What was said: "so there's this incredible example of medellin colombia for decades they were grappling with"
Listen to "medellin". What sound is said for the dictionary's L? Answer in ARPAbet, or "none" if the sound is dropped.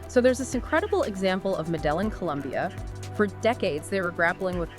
L